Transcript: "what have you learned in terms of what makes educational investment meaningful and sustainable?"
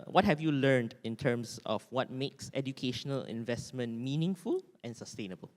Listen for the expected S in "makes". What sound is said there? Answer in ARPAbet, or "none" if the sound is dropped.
S